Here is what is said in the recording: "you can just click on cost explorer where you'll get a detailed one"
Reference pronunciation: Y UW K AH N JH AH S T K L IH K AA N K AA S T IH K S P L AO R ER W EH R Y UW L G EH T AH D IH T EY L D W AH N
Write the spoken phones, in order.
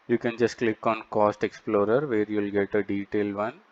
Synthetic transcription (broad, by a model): Y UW K AH N JH AH S T K L IH K AA N K AA S T IH K S P L AO R ER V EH R Y UW L G EH T AH D IH T EY L D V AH N